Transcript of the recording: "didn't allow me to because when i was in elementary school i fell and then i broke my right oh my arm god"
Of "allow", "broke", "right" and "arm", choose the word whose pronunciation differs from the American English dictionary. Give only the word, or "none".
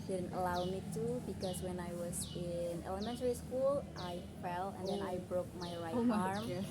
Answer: none